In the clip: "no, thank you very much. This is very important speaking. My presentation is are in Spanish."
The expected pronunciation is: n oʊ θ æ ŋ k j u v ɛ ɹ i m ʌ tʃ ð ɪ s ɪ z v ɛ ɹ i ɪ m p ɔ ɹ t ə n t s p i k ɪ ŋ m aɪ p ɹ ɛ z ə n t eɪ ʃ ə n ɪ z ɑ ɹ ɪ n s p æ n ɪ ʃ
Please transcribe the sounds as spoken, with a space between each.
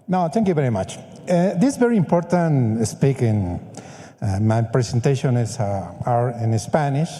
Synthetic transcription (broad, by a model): n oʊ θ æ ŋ k j u v ɛ ɹ i m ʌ tʃ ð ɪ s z v ɛ ɹ i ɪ m p ɔ ɹ t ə n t s p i k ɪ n m aɪ p ɹ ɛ s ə n t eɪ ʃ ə n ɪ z ɑ ɹ ɪ n s p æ n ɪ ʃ